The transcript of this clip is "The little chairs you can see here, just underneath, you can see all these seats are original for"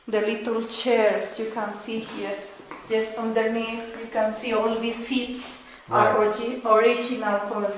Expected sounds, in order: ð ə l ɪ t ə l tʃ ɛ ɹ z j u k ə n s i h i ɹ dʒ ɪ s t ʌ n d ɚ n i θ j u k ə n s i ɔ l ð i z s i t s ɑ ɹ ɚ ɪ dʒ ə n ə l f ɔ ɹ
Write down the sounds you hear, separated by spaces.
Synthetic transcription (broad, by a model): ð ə l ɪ t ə l tʃ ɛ ɹ s j u k ə n s i h i ɹ dʒ ɪ s t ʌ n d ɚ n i s j u k ə n s i ɔ l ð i s i t s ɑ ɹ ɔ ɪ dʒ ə n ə l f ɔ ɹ